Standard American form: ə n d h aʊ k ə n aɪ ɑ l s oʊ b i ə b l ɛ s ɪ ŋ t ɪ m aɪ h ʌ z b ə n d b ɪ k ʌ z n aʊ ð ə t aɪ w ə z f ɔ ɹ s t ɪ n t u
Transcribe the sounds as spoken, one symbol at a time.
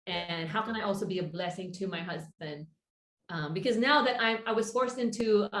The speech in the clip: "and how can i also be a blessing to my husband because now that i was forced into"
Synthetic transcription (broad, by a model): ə n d h aʊ k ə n aɪ ɑ l s oʊ b i ə b l ɛ s ɪ ŋ t ɪ m aɪ h ʌ z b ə n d b ɪ k ʌ z n aʊ ð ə t aɪ w ə z f ɔ ɹ s t ɪ n t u